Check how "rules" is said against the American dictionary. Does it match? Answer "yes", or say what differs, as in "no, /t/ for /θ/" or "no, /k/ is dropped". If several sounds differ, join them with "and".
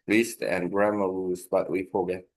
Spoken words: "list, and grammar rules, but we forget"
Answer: no, /l/ is dropped